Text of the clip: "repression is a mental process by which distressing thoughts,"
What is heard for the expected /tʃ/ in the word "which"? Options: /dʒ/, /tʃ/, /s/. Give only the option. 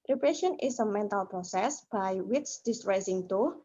/s/